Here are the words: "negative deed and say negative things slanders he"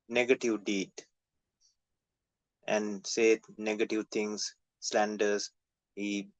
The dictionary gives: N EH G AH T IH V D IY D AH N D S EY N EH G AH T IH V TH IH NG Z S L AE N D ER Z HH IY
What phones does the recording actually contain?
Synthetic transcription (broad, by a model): N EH G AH T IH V D IY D AH N D S EY N EH G AH T IH V T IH NG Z S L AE N D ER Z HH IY